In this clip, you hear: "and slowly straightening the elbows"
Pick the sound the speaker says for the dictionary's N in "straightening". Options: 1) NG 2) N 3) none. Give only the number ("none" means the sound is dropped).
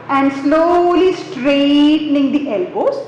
2